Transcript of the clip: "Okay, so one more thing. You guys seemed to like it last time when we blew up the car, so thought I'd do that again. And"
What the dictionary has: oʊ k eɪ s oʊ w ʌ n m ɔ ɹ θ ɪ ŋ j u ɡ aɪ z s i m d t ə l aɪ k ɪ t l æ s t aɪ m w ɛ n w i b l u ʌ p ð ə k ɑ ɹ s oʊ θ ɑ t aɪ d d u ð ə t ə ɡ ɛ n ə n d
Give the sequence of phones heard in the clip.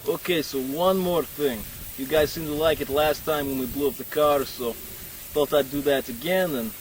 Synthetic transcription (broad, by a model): oʊ k eɪ s oʊ w ʌ n m ɔ ɹ θ ɪ ŋ j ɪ ɡ aɪ z s i m t ə l aɪ k ɪ t l æ s t aɪ m w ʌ n w i b l u ʌ p ð ə k ɑ ɹ s oʊ f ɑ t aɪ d d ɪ ð ə t ə ɡ ɛ n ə n